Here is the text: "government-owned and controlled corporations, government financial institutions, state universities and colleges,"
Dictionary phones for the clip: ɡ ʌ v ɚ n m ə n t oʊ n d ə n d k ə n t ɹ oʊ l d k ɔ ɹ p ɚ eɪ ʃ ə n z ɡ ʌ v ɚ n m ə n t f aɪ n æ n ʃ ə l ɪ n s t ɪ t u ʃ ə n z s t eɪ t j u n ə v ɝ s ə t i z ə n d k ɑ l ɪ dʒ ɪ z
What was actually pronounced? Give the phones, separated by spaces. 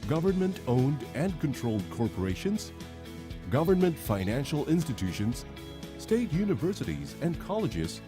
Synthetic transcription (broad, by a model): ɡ ʌ v ɚ n m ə n t oʊ n d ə n k ə n t ɹ oʊ l d k ɔ ɹ p ɚ eɪ ʃ ə n z ɡ ʌ v ɚ n m ə n t f aɪ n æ n ʃ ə l ɪ n s t ɪ t u ʃ ə n z s t eɪ t j u n ə v ɝ s ə t i z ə n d k ɑ l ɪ dʒ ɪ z